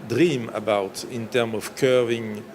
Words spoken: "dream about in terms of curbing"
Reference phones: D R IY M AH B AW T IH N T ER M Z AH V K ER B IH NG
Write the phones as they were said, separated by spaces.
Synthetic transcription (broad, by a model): D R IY M AH B AW T IH N T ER M AH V K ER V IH NG